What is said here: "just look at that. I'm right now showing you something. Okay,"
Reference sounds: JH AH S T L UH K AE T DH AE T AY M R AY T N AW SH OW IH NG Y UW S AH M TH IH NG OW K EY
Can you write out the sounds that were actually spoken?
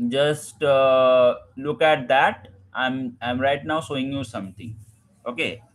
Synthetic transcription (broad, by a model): JH AH S T L UH K AE T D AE T AY M R AY T N AW S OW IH NG Y UW S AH M T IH NG OW K EY